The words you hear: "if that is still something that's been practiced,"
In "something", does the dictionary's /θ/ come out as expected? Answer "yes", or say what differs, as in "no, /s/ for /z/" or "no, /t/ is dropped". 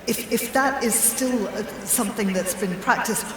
yes